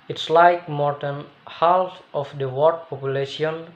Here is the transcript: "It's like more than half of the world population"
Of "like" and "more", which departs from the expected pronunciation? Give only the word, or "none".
none